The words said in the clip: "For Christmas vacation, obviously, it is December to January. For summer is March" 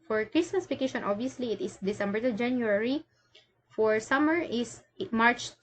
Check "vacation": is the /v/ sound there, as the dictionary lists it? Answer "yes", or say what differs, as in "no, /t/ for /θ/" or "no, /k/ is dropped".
no, /p/ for /v/